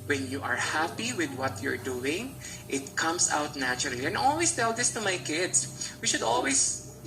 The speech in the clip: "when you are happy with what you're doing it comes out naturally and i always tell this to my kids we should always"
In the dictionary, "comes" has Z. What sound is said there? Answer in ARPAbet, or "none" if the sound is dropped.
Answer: S